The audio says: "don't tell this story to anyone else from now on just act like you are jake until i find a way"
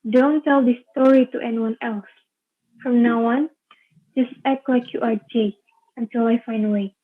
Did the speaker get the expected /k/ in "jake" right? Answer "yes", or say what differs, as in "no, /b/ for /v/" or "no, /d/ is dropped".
no, /k/ is dropped